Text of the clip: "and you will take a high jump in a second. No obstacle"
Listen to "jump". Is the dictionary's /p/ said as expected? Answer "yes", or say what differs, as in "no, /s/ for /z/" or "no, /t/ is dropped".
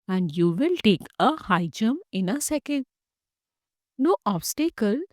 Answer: no, /p/ is dropped